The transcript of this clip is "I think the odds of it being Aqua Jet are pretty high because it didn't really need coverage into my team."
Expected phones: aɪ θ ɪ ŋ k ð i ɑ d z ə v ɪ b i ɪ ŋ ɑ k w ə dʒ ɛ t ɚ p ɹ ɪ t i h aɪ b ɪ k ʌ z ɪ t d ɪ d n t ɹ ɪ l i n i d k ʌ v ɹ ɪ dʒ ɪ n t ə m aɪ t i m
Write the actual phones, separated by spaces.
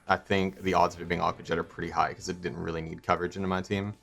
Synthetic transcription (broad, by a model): aɪ θ ɪ ŋ k ð i ɑ d z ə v ɪ b i ɪ ŋ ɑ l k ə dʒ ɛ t ɚ p ɹ ɪ t i h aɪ ɪ k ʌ z ɪ t d ɪ d n t ɹ ɪ l i n i d k ʌ v ɹ ɪ dʒ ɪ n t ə m aɪ t i m